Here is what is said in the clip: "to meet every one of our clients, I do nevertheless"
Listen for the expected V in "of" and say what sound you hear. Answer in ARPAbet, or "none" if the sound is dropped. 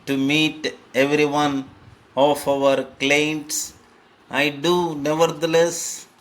F